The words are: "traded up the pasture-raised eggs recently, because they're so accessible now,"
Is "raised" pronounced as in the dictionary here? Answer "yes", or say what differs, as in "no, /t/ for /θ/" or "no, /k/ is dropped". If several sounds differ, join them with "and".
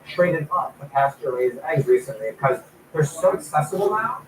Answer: no, /d/ is dropped